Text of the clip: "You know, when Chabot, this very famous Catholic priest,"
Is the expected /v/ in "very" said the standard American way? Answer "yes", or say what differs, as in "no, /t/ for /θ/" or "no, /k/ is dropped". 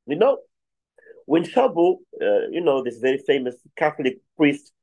yes